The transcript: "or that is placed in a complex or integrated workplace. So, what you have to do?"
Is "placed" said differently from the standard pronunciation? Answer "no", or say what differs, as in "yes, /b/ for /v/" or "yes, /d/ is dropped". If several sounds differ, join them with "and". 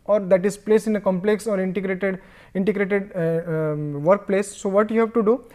yes, /t/ is dropped